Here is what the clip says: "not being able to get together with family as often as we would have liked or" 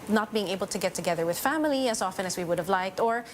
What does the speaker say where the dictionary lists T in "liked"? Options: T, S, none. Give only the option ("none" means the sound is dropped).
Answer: T